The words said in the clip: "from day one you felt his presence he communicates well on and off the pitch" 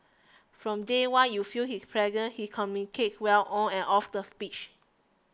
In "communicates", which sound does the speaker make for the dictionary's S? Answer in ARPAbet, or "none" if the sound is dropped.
none